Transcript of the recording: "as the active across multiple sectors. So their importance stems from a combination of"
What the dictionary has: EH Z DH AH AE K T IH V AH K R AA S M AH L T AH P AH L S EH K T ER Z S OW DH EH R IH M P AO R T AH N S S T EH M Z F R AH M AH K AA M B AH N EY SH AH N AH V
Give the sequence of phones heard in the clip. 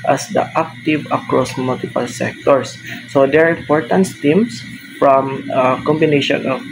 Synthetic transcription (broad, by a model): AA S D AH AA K T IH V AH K R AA S M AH L T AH P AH L S EH K T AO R S OW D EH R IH M P AO R T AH N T S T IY M S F R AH M AH K AA M B AH N EY SH AH N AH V